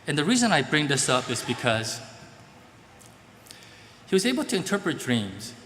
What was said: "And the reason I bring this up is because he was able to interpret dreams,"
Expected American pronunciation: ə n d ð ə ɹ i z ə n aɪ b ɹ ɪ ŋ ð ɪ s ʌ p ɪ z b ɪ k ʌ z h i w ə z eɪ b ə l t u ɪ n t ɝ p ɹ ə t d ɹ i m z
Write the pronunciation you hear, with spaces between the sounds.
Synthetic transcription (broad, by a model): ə n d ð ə ɹ i z ə n aɪ b ɹ ɪ ŋ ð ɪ s ʌ p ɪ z b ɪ k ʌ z h i w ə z eɪ b ə l t u ɪ n t ɝ p ɹ ə t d ɹ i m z